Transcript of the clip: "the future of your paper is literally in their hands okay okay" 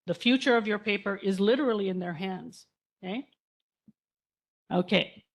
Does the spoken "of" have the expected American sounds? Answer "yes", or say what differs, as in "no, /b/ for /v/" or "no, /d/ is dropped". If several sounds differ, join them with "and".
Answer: yes